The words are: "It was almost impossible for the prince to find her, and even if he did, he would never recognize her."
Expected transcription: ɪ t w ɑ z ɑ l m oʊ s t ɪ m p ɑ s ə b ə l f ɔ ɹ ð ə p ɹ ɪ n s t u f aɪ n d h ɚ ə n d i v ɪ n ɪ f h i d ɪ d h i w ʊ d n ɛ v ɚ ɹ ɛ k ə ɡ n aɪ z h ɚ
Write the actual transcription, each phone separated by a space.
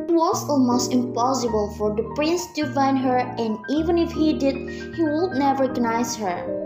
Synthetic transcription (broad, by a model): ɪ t w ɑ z ɑ l m oʊ s t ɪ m p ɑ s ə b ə l f ɔ ɹ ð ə p ɹ ɪ n s t u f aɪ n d h ɚ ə n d i v ɪ n ɪ f h i d ɪ d h i w ʊ d n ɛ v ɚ ɹ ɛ k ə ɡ n aɪ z h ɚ